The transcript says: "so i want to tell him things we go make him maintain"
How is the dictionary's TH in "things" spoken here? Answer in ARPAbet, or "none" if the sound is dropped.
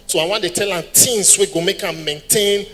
T